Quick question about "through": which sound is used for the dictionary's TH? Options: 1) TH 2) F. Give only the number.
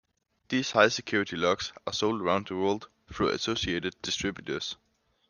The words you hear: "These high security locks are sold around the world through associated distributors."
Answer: 2